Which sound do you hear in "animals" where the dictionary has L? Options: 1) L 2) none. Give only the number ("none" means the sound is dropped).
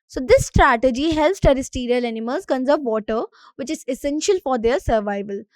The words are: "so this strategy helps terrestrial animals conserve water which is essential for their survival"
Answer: 2